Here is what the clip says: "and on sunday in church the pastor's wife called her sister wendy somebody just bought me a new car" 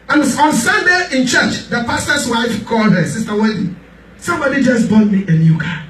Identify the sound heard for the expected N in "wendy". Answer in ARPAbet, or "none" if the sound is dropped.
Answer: none